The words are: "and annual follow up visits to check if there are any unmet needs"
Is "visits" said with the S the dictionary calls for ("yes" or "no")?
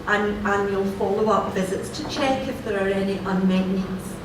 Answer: yes